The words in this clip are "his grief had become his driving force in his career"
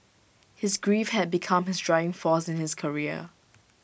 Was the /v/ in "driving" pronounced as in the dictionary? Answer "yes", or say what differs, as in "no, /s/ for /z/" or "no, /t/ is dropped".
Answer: no, /v/ is dropped